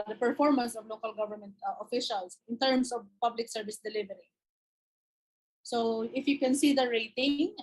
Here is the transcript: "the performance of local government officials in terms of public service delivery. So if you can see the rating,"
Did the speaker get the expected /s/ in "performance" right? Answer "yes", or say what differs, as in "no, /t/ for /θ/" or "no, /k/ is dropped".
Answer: yes